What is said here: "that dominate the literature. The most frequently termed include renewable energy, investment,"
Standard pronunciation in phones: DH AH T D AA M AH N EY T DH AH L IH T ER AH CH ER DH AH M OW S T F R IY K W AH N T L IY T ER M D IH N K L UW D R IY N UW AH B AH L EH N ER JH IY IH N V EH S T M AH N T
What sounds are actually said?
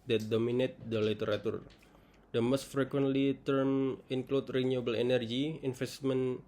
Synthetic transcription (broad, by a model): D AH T D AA M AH N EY T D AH L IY T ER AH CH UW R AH M OW S T F R IY K W AH N T L IY T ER M IH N K L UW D R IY N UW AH B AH L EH N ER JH IY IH N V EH S T M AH N